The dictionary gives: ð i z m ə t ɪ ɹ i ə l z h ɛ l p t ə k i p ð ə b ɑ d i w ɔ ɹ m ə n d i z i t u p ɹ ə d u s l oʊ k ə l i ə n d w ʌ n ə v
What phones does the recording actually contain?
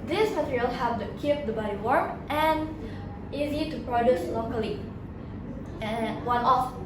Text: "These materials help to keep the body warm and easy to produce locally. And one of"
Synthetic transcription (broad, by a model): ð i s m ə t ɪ ɹ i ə l h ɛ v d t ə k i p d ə b ɑ d i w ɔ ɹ ə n i z i t u p ɹ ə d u s l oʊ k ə l i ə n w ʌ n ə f